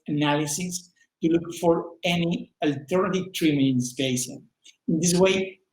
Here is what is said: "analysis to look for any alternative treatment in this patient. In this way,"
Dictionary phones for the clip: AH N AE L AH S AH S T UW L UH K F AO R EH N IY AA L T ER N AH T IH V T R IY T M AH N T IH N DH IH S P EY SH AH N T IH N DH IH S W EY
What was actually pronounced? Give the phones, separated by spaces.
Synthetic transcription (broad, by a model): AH N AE L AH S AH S T UW L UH K F AO R EH N IY AA L T ER N AH T IH V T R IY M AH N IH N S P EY S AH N IH N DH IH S W EY